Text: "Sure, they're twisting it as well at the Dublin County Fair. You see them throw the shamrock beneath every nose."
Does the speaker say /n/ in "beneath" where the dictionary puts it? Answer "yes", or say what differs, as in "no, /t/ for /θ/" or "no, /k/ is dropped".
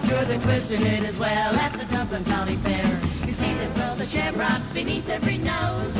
yes